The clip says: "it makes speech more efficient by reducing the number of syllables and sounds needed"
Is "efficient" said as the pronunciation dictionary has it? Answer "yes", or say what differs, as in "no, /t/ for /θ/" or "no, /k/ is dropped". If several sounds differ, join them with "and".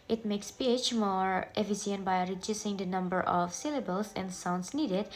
no, /s/ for /ʃ/